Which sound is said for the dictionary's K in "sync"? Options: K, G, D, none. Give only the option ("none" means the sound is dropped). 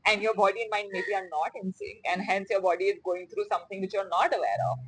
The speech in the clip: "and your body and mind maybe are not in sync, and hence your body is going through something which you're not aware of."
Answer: none